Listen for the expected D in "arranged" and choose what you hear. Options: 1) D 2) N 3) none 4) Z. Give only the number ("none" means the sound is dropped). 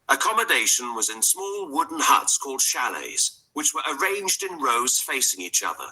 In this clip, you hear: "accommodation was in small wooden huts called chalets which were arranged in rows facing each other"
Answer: 1